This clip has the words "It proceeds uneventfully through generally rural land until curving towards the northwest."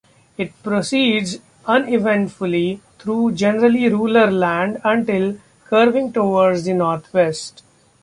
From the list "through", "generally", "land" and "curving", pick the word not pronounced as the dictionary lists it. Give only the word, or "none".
through